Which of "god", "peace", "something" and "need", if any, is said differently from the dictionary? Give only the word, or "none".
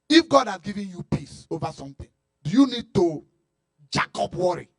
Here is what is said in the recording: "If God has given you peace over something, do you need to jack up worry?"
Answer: something